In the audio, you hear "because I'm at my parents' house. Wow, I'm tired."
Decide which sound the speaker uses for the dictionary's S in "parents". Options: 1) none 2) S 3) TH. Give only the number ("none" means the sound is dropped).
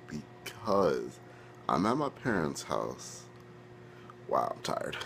2